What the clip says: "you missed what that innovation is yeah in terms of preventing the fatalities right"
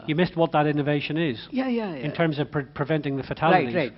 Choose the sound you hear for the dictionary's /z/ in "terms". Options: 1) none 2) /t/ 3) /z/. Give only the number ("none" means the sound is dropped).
3